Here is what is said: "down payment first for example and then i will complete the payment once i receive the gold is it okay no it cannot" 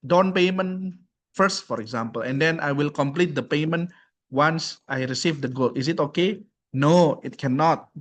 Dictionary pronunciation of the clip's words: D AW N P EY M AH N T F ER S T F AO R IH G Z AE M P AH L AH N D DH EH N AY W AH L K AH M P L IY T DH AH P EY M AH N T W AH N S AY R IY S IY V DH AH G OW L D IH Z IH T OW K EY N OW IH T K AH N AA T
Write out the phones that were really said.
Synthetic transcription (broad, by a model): D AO N P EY M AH N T F ER S T F AO R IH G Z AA M P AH L AH N D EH N AY W AH L K AH M P L IY T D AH P EY M AH N T W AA N S AY R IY S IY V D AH G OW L IH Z IH T OW K EY N OW IH T K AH N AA T